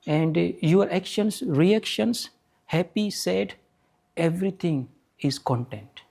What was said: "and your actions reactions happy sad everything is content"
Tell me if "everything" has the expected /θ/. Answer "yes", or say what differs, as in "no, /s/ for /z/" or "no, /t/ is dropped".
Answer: no, /t/ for /θ/